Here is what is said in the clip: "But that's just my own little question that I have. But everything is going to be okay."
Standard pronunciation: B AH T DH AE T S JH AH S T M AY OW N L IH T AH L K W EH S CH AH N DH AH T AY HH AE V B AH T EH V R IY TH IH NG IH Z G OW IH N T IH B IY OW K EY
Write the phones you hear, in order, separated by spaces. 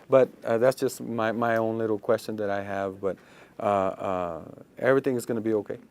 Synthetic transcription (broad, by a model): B AH T DH AE T S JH AH S T M AY OW N L IH T L K W EH S CH AH N DH AH T AY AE V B AH T EH V R IY TH IH NG IH Z G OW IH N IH B IY OW K EY